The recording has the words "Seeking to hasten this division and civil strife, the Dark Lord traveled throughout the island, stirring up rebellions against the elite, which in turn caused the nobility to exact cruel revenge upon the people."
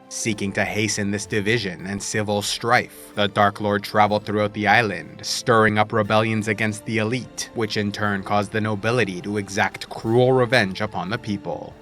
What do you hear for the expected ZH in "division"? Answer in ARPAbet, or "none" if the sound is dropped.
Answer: ZH